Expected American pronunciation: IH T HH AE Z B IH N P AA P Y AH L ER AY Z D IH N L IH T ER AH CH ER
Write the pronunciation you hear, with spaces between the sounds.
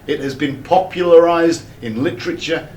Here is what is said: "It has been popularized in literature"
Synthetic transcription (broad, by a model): IH T HH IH Z B IH N P AA P Y AH L ER AY Z D IH N L IH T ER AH CH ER